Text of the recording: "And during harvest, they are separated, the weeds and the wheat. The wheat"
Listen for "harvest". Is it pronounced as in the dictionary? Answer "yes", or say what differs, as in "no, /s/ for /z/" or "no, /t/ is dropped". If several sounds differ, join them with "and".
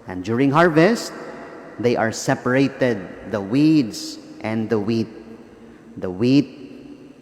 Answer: yes